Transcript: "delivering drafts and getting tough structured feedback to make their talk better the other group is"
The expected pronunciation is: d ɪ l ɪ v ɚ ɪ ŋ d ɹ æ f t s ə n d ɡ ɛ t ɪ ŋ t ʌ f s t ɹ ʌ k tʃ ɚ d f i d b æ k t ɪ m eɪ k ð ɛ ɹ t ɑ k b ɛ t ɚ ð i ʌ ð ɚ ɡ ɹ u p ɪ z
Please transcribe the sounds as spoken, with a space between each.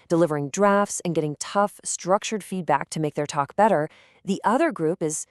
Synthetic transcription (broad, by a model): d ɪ l ɪ v ɚ ɪ ŋ d ɹ æ f t s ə n ɡ ɛ t ɪ ŋ t ʌ f s t ɹ ʌ k tʃ ɚ d f i d b æ k t ɪ m eɪ k ð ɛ ɹ t ɑ k b ɛ t ɚ ð i ʌ ð ɚ ɡ ɹ u p ɪ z